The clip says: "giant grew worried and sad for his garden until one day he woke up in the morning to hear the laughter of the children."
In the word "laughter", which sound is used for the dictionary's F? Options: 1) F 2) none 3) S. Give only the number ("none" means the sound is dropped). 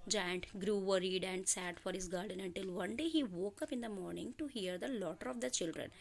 2